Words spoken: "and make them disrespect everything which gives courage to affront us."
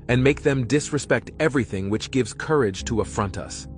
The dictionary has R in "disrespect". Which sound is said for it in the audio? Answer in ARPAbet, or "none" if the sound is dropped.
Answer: R